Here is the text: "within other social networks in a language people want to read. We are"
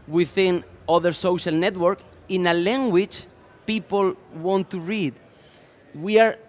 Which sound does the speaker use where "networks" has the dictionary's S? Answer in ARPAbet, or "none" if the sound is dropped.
none